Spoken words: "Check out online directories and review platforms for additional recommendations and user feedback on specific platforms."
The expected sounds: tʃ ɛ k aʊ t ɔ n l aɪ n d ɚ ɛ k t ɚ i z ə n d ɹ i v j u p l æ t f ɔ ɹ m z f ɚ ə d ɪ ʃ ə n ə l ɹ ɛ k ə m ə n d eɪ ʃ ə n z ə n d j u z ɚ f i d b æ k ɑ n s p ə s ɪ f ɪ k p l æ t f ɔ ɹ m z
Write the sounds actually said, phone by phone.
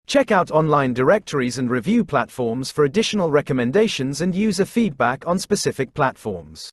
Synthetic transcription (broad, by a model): tʃ ɛ k aʊ t ɔ n l aɪ n d ɚ ɛ k t ɚ i z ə n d ɹ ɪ v j u p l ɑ t f ɔ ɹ m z f ɚ ə d ɪ ʃ ə n ə l ɹ ɛ k ə m ə n d eɪ ʃ ə n z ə n j u z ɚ f i d b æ k n s p ə s ɪ f ɪ k p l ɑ t f ɔ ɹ m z